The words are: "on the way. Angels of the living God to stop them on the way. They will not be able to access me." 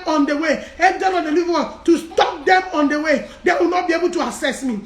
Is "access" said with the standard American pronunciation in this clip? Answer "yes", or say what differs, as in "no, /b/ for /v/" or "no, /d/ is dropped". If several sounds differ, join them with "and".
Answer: no, /k/ is dropped